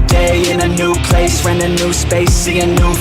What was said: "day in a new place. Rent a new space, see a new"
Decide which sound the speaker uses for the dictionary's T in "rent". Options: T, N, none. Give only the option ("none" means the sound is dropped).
none